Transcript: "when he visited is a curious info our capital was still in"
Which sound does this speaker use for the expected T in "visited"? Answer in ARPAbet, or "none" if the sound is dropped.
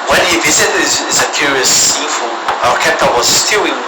S